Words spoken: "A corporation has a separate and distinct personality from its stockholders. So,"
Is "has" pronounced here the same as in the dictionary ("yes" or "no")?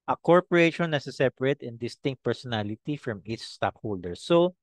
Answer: no